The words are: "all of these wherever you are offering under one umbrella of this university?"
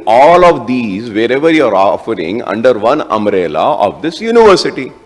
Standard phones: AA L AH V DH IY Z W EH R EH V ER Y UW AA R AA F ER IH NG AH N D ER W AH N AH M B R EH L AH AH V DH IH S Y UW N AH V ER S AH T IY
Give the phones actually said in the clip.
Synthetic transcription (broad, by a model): AA L AH V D IY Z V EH R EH V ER Y UW AA R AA F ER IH NG AH N D ER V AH N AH M R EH L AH AH V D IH S Y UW N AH V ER S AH T IY